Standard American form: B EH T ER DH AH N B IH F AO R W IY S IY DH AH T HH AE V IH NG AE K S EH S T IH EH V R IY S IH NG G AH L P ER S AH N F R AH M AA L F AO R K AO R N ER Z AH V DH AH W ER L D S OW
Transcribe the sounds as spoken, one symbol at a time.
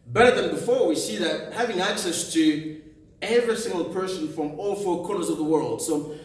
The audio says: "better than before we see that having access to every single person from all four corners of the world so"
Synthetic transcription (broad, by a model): B EH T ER DH AH N B IH F AO R W IY S IY DH AH T HH AE V IH NG AE K S EH S T IH EH V R IY S IH NG G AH L P ER S AH N F R AH M AA L F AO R K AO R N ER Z AH V DH AH W ER L D S OW